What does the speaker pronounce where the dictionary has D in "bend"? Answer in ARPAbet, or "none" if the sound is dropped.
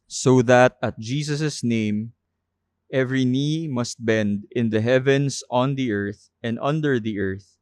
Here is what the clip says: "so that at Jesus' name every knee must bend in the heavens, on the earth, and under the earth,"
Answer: D